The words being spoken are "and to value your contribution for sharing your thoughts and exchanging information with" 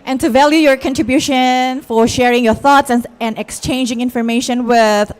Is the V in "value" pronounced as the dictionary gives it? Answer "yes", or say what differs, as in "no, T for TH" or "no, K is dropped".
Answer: yes